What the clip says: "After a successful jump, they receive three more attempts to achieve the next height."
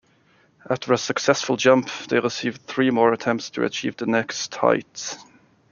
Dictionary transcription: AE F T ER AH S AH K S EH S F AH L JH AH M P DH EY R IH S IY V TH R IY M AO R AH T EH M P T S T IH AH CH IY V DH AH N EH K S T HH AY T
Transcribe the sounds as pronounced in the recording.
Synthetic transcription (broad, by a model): AE F T ER AH S AH K S EH S F AH L JH AH M P DH EY R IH S IY V TH R IY M AO R AH T EH M P T S T IH AH CH IY V DH AH N EH K S T HH AY T